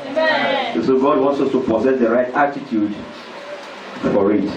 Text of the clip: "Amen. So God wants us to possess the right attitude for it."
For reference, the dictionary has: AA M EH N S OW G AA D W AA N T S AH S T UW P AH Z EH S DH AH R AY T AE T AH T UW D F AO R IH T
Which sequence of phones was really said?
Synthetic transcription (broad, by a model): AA S OW G AA D W AA N T S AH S T UW P AH Z EH S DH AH R AY T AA T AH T UW D F AO R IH T